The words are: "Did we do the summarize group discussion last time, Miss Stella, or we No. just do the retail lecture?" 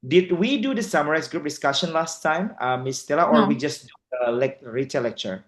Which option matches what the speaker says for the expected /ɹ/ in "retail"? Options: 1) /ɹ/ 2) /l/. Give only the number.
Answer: 2